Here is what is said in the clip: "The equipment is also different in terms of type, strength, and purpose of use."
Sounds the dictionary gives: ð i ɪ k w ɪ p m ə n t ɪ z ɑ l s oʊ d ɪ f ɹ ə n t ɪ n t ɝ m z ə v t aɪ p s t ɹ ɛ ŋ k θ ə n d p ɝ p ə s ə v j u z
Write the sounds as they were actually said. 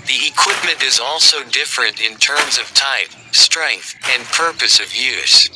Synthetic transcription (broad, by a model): ð i ɪ k w ɪ p m ə n t ɪ z ɑ l s oʊ d ɪ f ɹ ə n t ɪ n t ɝ m z ə v t aɪ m s t ɹ ɛ ŋ k θ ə n p ɝ p ə s ə v j u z